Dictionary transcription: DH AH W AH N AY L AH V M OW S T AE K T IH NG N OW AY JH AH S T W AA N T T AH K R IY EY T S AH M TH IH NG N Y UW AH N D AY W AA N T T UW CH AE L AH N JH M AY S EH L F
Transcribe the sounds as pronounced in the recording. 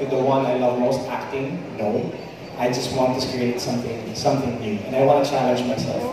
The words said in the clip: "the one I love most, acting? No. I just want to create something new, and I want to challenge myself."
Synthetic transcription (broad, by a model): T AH W AH N AY L AH V M OW S T AE K T IH NG N OW AY JH AH S T W AA N T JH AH K R IY EY T S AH M S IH NG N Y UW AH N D AY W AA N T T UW CH AE L AH N JH M AY S EH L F